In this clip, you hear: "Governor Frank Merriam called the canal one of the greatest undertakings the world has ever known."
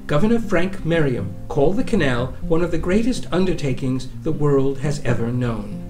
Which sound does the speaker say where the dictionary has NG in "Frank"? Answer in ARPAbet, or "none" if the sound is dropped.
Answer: NG